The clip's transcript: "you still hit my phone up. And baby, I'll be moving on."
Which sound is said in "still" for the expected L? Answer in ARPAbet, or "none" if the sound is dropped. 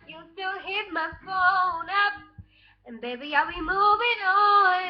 L